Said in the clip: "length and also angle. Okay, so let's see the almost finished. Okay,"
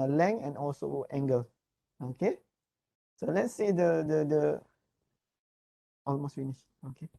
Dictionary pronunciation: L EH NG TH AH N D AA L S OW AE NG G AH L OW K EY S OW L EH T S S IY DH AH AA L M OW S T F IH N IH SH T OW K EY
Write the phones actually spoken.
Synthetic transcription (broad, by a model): L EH NG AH N AA L S OW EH NG G AH L OW K EY S OW L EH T S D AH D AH AA L M OW S T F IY N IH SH OW K EY